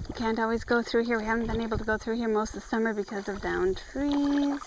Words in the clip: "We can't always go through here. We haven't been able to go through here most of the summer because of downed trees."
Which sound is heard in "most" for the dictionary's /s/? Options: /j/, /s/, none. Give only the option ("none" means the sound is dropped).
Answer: /s/